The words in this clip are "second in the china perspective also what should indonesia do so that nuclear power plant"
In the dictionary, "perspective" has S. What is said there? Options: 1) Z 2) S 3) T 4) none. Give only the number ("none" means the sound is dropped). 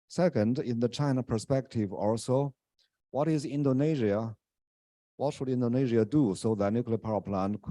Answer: 2